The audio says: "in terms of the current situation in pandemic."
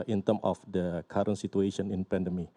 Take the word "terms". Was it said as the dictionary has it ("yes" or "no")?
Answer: no